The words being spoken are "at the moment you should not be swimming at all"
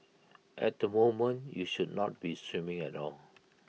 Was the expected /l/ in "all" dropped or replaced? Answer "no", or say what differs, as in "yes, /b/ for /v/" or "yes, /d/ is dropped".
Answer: no